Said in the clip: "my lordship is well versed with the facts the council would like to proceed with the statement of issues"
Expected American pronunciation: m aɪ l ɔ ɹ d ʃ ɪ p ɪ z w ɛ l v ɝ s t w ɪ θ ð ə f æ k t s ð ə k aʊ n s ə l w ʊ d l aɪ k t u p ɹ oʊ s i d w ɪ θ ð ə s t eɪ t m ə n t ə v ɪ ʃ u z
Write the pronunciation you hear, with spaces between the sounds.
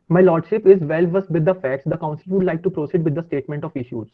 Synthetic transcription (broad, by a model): m aɪ l ɔ ɹ d ʃ ɪ p ɪ z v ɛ l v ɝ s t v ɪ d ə f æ k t s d ə k aʊ n s ə l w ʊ d l aɪ k t u p ɹ oʊ s i d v ɪ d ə s t eɪ t m ə n t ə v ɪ ʃ u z